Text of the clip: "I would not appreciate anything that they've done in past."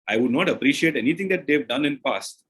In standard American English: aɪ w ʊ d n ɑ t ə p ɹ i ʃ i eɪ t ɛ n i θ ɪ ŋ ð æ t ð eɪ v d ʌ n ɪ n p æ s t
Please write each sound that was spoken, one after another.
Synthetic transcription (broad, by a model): aɪ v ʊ d n ɑ t ə p ɹ i ʃ i eɪ t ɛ n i t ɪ ŋ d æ t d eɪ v d ʌ n ɪ n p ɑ s t